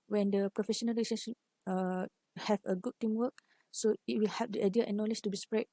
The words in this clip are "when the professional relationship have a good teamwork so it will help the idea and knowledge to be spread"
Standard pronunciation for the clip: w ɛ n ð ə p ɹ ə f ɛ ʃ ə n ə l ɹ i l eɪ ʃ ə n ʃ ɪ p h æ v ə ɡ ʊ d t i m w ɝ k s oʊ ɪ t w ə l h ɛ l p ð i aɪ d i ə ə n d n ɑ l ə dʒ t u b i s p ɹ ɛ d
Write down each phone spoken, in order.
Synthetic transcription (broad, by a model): w ɛ n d ə p ɹ ə f ɛ ʃ ə n ə l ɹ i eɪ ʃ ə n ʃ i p h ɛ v ə ɡ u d t i m w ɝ k s oʊ ɪ t w ə l h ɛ p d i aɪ d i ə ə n n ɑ l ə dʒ t u b i s p ɹ ɛ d